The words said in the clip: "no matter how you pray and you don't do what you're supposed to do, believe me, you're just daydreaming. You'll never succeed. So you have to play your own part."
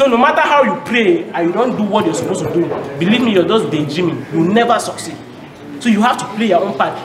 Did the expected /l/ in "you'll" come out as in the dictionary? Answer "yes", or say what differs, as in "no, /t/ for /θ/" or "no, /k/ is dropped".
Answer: no, /w/ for /l/